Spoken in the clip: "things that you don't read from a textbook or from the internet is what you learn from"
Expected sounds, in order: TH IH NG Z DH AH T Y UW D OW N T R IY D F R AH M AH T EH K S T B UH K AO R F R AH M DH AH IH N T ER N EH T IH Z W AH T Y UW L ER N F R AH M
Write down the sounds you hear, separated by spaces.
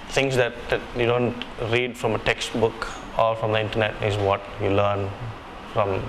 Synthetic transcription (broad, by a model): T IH NG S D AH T Y UW D OW N T R IY D F R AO M AH T EH K S T B UH K AO L F R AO M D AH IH N T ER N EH T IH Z W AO T Y UW L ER N F R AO M